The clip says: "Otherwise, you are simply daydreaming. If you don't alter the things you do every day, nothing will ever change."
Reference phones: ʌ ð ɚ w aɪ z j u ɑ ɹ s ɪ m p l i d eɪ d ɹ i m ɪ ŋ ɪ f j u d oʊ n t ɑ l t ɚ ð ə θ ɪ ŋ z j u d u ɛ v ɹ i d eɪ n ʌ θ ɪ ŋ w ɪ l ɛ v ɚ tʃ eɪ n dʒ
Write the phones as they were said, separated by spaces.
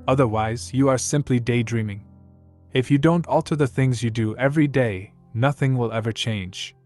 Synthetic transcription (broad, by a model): ʌ ð ɚ w aɪ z j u ɑ ɹ s ɪ m p l i d eɪ d ɹ i m ɪ ŋ ɪ f j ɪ d oʊ n t ɑ l t ɚ ð ə θ ɪ ŋ z j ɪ d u ɛ v ɹ i d eɪ n ʌ θ ɪ ŋ w ɪ l ɛ v ɚ tʃ eɪ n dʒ